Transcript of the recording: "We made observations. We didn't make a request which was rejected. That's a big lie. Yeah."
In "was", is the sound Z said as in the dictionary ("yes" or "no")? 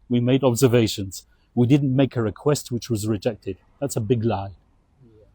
yes